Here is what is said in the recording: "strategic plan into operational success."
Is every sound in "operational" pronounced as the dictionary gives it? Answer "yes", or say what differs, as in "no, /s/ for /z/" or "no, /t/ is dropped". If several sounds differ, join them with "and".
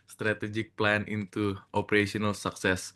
no, /s/ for /ʃ/